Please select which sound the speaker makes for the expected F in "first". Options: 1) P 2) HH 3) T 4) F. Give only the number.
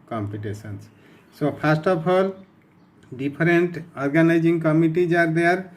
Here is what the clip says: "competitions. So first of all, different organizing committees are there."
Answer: 1